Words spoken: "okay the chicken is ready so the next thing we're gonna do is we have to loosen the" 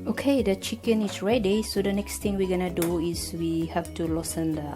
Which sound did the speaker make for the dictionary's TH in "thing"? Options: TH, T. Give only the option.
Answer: T